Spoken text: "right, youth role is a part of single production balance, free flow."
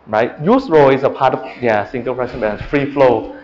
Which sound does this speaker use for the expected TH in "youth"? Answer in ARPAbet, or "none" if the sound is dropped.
S